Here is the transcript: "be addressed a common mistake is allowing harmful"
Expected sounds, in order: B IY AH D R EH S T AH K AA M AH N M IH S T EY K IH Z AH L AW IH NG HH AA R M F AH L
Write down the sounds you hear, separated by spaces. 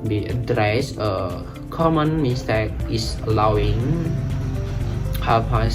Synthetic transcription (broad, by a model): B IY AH D R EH S AH K AA M AH N M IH S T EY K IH S AH L AW IH NG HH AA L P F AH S